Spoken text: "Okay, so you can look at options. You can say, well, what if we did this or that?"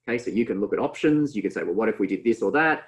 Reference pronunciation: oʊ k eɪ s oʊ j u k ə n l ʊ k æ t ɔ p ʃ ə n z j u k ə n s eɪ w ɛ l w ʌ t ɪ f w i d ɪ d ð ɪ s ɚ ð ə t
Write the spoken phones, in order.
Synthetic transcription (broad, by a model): k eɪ s oʊ j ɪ k ə n l ʊ k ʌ t ɔ p ʃ ə n z j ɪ k ə n s eɪ w ɛ l w ʌ t ɪ f w i d ɪ d ð ɪ s ɚ ð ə t